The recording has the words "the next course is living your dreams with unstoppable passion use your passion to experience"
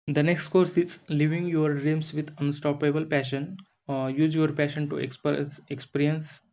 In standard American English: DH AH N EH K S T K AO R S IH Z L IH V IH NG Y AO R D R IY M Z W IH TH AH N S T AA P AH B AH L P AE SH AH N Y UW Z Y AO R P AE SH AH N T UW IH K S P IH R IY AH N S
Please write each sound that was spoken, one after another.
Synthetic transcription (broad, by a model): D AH N EH K S T K AO R S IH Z L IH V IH NG Y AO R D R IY M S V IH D AH N S T AA P AH B AH L P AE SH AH N Y UW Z Y AO R P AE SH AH N T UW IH K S P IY R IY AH N S